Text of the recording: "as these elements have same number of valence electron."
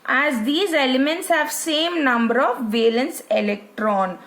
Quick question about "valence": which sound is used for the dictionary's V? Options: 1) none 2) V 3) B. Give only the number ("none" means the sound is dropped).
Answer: 2